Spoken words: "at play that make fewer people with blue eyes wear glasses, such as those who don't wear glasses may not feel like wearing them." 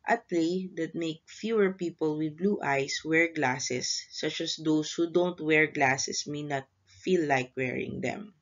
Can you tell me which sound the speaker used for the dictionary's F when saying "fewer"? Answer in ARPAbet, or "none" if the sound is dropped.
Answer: F